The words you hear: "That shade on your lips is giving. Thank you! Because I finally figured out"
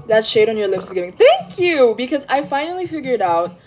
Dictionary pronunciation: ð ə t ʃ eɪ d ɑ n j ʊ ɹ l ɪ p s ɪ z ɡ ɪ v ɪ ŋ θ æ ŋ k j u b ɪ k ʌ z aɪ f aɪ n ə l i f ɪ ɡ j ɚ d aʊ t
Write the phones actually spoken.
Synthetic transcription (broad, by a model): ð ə t ʃ eɪ d n j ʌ ɹ l ɪ p s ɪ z ɡ ɪ v ɪ ŋ θ æ ŋ k j u b ɪ k ʌ z aɪ f aɪ n l i f ɪ ɡ j ɚ d aʊ t